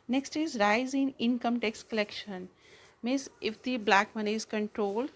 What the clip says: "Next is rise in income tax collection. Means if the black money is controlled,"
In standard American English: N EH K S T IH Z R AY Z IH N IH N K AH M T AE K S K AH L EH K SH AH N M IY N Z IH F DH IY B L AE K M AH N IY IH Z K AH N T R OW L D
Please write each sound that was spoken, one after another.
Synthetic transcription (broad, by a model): N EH K S T IH Z R AY Z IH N IH N K AH M T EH K S K AH L EH K SH AH N M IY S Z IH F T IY B L AE K M AH N IY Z K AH N T R OW L